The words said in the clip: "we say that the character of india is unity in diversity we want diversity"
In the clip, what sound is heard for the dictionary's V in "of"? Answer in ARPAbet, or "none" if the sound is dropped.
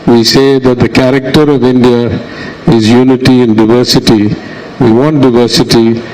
V